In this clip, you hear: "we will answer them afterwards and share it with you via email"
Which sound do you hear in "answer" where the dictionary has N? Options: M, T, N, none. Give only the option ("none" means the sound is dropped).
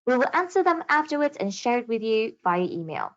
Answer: N